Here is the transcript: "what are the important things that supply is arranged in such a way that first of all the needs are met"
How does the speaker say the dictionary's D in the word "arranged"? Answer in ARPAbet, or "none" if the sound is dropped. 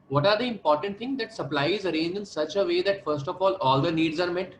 none